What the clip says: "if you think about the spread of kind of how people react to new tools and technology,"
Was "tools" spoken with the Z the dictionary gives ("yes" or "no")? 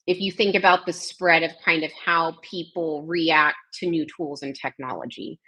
yes